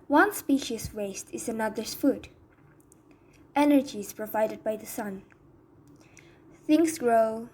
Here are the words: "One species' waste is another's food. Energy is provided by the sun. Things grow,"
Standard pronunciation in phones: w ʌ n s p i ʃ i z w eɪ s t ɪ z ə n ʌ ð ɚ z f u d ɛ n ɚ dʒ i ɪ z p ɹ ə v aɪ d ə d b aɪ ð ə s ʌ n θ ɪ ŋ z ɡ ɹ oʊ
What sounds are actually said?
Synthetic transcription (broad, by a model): w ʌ n s p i ʃ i s w eɪ s t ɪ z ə n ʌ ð ɚ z f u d ɛ n ɚ dʒ i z p ɹ ə v aɪ d ə d b aɪ ð ə s ʌ n θ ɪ ŋ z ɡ ɹ oʊ